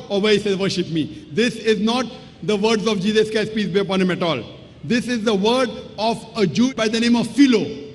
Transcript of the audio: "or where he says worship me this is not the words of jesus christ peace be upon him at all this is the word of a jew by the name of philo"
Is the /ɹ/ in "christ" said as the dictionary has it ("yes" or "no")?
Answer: no